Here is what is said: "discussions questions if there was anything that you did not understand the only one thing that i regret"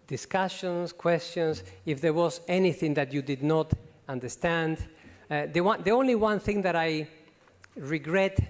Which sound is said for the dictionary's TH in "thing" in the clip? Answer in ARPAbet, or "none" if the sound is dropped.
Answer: TH